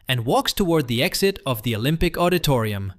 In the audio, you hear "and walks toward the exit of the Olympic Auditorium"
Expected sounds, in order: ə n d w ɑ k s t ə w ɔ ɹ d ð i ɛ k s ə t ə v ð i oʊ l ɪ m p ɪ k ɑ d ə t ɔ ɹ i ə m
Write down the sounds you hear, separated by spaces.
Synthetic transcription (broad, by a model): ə n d w ɑ k s t ə w ɔ ɹ d ð i ɛ k s ə t ə v ð i oʊ l ɪ m p ɪ k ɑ d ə t ɔ ɹ i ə m